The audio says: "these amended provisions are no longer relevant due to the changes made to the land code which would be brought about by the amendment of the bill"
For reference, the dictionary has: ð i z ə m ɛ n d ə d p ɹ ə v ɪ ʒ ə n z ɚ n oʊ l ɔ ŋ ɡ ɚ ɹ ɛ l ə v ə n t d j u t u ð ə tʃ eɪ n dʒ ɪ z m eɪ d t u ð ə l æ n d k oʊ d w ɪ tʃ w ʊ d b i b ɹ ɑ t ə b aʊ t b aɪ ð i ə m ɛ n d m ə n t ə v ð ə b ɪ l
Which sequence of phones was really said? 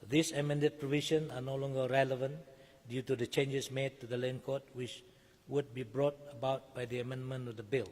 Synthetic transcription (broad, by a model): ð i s ə m ɛ n d ə d p ɹ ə v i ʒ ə n ɑ n oʊ l ɔ ŋ ɡ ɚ ɹ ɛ l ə v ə n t d j u t u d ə tʃ eɪ n dʒ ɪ s m eɪ d t u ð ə l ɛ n k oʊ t w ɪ tʃ w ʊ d b i b ɹ ɑ t ə b aʊ t b aɪ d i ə m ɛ n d m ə n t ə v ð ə b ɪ l